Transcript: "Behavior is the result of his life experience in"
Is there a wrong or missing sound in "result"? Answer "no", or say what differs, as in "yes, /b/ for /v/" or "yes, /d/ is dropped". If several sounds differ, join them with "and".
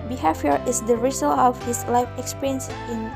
yes, /t/ is dropped